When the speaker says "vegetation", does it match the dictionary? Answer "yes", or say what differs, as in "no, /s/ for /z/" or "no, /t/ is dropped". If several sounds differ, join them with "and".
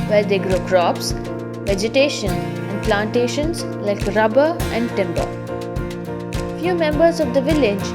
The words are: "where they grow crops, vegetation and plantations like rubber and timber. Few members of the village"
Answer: yes